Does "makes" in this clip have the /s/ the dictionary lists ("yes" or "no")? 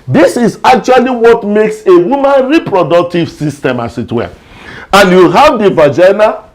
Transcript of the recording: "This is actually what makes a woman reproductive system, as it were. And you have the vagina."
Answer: yes